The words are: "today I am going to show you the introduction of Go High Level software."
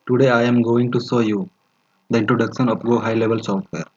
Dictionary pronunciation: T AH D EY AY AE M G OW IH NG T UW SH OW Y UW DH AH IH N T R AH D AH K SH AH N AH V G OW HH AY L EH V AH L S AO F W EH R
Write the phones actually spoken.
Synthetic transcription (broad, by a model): T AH D EY AY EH M G OW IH NG T UW S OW Y UW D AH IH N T R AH D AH K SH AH N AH P G OW HH AY L EH V AH L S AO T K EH R